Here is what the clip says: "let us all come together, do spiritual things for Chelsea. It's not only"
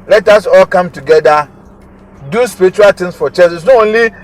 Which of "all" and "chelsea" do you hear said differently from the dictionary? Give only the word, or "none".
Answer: chelsea